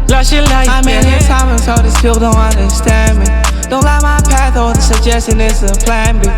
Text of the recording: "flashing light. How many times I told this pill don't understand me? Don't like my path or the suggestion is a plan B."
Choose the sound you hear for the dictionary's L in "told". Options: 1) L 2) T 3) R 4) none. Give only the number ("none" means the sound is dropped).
4